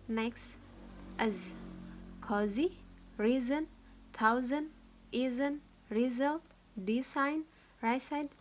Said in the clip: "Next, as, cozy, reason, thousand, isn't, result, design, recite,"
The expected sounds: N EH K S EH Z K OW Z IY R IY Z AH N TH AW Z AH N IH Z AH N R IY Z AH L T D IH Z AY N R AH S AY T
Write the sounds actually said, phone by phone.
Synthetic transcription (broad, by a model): N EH K S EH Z K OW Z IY R IY Z AH N T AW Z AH N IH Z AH N R IY Z AH L T D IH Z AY N R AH S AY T